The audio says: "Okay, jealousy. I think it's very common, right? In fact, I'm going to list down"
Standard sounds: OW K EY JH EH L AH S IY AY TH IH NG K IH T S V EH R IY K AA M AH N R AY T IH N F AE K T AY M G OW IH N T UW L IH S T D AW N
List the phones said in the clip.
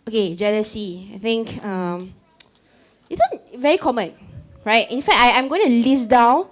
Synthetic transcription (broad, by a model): OW K EY JH EH L AH S IY AY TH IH NG K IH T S V EH R IY K AA M AH N R AY T IH N F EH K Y AY M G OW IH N T UW L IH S D AW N